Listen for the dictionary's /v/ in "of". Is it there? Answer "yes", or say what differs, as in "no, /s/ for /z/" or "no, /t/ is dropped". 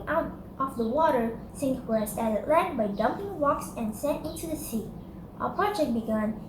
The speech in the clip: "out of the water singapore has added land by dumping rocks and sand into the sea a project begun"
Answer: no, /f/ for /v/